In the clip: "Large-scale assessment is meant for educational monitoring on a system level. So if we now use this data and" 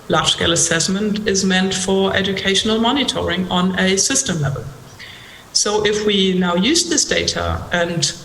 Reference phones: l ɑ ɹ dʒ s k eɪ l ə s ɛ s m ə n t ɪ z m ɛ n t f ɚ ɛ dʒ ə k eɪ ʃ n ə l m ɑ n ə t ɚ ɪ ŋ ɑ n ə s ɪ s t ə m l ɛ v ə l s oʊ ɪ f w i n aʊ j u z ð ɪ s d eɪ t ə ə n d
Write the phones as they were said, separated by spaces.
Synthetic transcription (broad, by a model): l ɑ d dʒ s k eɪ l ə s ɛ s m ə n t ɪ z m ɛ n t f ɚ ɛ dʒ ə k eɪ ʃ n ə l m ɑ n ə t ɚ ɪ ŋ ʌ n ə s ɪ s t ə m l ɛ v ə l s oʊ ɪ f w i n aʊ j u z ð ɪ s d eɪ t ə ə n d